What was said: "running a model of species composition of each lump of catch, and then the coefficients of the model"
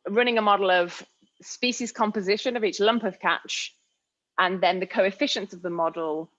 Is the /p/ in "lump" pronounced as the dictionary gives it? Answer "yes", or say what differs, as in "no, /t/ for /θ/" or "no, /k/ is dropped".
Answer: yes